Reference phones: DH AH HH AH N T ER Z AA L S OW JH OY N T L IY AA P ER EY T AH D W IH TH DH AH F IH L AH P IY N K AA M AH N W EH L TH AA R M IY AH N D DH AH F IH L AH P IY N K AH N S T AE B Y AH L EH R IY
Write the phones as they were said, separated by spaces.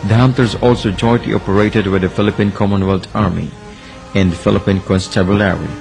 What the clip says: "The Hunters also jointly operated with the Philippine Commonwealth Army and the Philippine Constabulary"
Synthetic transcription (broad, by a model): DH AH HH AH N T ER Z AA L S OW JH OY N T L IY AA P ER EY T AH D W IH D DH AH F IH L AH P IY N K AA M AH N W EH L T AA R M IY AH N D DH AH F IH L AH P IY N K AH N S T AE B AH L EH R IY